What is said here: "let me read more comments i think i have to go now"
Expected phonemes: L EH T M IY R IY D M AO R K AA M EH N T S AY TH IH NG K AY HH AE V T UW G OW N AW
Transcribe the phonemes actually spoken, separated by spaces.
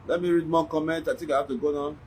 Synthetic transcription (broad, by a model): L EH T M IY R IY D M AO K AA M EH N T AY T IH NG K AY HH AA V T UW G OW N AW